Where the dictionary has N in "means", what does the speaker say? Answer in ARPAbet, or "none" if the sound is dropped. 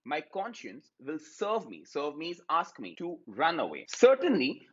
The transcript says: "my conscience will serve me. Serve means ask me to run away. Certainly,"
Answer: none